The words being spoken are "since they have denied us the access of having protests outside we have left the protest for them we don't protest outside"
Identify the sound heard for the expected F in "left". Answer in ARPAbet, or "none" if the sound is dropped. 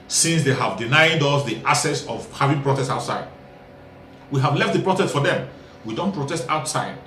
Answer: F